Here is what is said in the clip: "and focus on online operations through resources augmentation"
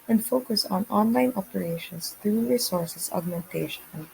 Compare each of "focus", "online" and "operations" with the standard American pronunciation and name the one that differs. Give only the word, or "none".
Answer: operations